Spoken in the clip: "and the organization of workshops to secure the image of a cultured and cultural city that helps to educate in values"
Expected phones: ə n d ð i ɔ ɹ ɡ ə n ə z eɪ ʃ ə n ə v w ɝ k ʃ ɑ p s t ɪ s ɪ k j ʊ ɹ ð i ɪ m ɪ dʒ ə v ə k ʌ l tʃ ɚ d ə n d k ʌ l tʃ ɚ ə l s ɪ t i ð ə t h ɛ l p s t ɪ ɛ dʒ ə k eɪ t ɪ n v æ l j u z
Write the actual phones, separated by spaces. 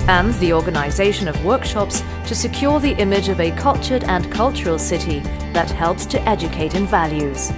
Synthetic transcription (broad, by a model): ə n ð i ɔ ɹ ɡ ə n ə z eɪ ʃ ə n ə v w ɝ k ʃ ɑ p s t ɪ s ɪ k j ʊ ɹ ð i ɪ m ɪ dʒ ə v ə k ʌ l tʃ ɚ d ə n k ʌ l tʃ ɚ ə l s ɪ t i ð ə t h ɛ l p s t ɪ ɛ dʒ ə k eɪ t ɪ n v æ l j u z